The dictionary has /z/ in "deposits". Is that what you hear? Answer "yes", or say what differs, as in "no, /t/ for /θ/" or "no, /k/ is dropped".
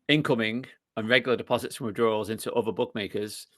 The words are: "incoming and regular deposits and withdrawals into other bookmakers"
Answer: yes